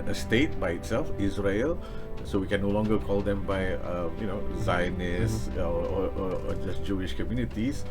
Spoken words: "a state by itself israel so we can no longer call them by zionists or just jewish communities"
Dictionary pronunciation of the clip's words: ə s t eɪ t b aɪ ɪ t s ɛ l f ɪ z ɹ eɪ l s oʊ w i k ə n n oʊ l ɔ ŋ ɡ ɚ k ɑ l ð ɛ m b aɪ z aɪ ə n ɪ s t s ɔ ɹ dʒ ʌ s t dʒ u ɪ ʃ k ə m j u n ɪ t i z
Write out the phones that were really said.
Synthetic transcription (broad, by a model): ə s t eɪ t b aɪ ɪ t s ɛ l f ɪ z ɹ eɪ l s oʊ w i k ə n n oʊ l ɔ ŋ ɡ ɚ k ɑ l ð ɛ m b aɪ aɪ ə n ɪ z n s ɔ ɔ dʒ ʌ s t dʒ u ɪ ʃ k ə m j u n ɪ t i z